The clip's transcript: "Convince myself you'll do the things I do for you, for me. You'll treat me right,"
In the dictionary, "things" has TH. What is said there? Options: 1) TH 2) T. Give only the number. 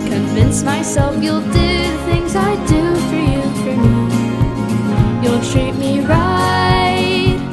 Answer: 1